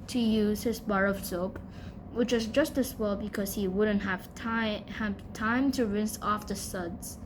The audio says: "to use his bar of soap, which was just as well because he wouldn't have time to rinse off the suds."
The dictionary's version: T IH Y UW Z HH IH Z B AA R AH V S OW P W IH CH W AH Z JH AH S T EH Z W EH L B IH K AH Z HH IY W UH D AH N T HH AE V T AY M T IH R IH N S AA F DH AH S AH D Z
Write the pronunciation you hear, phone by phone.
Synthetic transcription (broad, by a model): T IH Y UW Z HH IH Z B AA R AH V S OW P W IH CH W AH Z JH AH S T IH S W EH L B IH K AH Z HH IY W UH D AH N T HH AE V T AY M T IH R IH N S AA F DH AH S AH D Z